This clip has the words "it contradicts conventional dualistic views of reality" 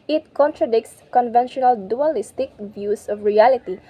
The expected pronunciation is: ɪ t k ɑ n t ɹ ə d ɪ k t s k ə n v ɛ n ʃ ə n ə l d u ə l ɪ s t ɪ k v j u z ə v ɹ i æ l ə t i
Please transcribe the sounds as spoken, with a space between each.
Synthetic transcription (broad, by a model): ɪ t k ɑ n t ɹ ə d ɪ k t s k ə n v ɛ n ʃ ə n ə l d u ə l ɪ s t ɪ k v j u s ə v ɹ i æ l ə t i